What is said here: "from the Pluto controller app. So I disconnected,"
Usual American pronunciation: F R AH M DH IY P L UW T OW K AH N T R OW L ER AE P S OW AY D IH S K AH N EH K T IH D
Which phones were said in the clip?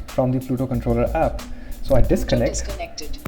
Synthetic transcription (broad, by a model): F R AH M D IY F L UW T OW K AH N T R OW L ER AE P S OW AY D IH S K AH N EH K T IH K